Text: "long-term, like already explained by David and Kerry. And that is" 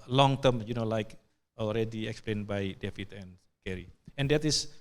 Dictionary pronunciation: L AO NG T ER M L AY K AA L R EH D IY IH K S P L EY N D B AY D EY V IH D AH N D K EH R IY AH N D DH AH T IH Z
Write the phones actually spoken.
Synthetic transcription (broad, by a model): L AO NG T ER M L AY K AA L R EH D IY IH K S P L EY N B AY D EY F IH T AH N K EH R IY AH N D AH T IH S